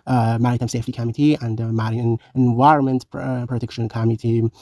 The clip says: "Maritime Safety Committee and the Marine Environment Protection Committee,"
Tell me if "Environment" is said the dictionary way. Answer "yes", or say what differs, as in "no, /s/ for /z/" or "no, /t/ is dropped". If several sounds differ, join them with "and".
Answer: yes